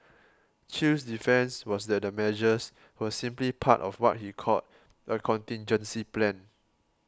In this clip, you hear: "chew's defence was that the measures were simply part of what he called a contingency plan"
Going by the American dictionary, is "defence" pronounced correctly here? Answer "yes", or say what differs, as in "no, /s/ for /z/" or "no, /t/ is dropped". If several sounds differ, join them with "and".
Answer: yes